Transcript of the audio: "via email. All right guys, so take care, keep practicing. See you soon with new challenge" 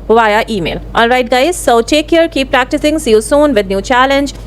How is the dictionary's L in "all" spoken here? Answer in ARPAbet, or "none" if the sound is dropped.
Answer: N